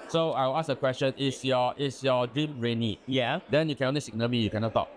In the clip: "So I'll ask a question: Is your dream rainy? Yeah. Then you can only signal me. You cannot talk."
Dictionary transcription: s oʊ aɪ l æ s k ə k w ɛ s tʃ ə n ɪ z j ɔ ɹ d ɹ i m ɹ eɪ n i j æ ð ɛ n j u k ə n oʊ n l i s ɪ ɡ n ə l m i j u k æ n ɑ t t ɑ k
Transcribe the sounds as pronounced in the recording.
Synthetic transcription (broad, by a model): s oʊ aɪ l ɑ s ə k w ɛ s tʃ ə n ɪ s j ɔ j d ɹ i m ɹ eɪ n i j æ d ɛ n j u k ə n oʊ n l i s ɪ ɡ n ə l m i j u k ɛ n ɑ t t ɑ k